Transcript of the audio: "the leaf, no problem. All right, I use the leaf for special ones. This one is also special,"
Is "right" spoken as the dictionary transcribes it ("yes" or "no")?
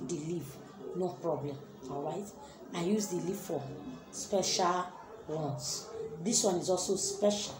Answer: yes